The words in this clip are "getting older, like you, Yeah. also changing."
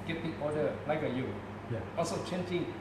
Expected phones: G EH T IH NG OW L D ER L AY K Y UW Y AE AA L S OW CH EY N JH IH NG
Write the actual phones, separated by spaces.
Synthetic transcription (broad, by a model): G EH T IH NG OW D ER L AY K Y UW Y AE AA L S OW CH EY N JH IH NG